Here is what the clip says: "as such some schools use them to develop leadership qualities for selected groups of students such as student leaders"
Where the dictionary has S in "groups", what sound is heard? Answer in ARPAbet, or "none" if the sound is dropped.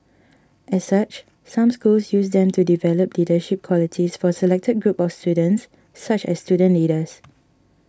none